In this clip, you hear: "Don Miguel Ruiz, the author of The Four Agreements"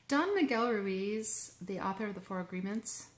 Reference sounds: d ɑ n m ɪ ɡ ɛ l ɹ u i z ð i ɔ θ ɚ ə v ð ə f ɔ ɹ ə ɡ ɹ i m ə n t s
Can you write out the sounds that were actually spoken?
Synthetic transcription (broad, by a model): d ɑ n m ɪ ɡ ɛ l ɹ u i z ð i ɔ θ ɚ ə v ð ə f ɔ ɹ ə ɡ ɹ i m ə n t s